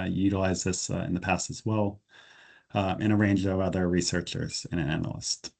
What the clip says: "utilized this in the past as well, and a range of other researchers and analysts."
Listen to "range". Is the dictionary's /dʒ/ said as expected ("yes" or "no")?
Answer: yes